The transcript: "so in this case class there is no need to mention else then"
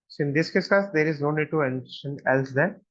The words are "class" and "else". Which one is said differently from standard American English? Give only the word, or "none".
class